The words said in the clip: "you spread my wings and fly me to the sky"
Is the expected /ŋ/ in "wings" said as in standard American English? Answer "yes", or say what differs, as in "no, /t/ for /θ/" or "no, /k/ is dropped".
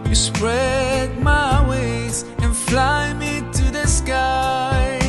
no, /ŋ/ is dropped